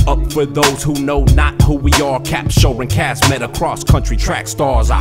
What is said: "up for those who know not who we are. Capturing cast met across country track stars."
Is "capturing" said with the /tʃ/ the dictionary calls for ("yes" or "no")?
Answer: no